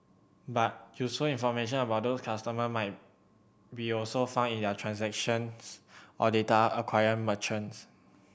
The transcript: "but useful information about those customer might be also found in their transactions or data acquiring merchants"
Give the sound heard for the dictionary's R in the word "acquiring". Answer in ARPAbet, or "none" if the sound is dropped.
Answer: none